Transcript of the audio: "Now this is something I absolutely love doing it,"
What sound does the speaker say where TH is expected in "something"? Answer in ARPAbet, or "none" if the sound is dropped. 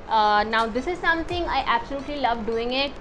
T